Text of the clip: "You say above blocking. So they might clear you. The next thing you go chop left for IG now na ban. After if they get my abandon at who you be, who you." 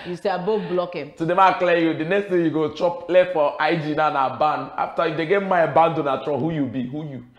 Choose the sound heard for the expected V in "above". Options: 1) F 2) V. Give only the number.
1